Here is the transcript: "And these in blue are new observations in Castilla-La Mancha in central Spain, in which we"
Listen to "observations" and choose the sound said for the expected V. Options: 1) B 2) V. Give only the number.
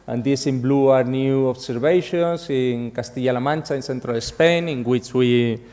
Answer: 1